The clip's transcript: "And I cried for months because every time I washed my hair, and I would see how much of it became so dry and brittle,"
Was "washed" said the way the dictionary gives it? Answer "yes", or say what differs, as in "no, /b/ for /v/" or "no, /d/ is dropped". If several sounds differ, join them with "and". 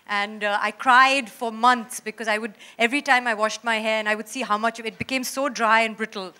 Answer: yes